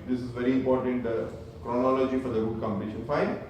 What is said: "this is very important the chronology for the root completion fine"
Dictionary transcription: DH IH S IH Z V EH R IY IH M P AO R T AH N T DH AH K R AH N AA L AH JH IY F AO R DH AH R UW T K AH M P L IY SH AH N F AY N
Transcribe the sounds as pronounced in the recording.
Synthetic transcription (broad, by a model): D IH S IH Z V EH R IY IH M P AO R T AH N T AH K R AH N AA L AH JH IY F AO R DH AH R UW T K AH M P IY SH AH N F AY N